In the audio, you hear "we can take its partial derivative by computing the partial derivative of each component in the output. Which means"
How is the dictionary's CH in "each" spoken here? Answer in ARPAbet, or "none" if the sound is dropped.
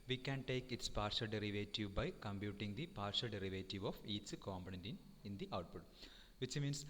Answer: S